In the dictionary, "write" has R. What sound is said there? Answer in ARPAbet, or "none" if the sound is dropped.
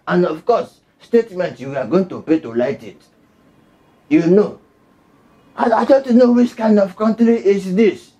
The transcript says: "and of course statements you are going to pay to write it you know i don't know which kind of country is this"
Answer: L